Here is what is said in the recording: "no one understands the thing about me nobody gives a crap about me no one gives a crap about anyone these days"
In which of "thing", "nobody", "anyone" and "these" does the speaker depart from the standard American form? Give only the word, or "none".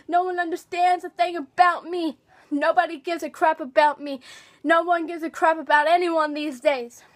none